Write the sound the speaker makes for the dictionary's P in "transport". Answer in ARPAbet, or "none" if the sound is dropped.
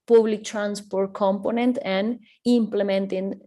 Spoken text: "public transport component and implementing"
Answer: P